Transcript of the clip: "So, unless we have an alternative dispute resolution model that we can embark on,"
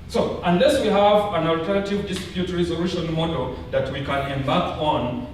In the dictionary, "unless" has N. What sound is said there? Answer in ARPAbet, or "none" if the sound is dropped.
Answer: N